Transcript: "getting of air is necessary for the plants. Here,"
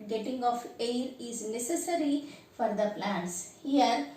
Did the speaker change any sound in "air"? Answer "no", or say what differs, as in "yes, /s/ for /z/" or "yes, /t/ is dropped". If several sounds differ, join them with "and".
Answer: no